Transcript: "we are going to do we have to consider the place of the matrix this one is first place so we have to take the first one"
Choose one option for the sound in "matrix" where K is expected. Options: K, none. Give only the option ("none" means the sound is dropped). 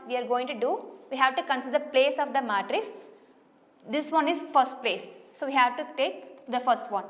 none